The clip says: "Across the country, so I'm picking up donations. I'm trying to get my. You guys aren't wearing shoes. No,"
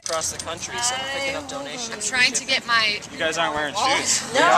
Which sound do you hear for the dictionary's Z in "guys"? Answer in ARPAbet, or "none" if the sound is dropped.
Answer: Z